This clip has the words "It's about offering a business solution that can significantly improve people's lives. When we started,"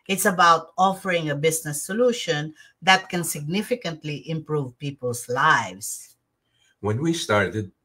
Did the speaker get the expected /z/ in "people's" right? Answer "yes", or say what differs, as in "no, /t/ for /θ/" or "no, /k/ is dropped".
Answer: no, /s/ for /z/